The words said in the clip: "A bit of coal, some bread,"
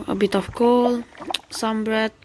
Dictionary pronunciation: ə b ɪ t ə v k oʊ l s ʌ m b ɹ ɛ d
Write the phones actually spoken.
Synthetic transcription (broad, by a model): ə b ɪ t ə f k oʊ l s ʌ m b ɹ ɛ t